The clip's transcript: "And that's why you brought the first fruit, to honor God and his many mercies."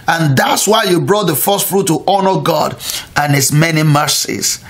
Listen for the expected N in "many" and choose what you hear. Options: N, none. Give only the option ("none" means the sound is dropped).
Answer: N